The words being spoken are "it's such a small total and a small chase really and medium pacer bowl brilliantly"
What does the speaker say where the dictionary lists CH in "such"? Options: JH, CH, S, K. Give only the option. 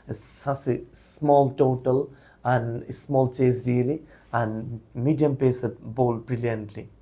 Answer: S